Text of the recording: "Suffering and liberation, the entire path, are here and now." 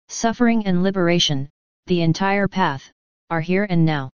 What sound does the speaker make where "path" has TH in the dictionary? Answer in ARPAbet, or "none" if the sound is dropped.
TH